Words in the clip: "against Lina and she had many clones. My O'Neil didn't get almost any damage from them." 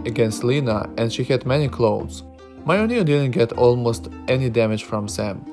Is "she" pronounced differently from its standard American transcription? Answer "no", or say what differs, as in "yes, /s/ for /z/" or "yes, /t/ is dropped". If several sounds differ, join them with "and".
no